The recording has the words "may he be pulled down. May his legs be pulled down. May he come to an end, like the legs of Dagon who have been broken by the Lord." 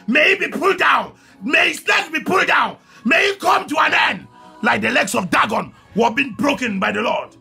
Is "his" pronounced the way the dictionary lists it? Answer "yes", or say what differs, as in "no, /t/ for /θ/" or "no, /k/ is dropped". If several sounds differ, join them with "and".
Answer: no, /s/ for /z/